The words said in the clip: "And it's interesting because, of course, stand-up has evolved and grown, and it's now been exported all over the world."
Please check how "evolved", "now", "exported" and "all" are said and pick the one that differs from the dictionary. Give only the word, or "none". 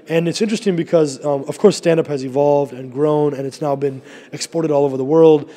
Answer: none